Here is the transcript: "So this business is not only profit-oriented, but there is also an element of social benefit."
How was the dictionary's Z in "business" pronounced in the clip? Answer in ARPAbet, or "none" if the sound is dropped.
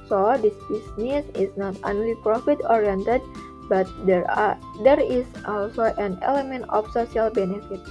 S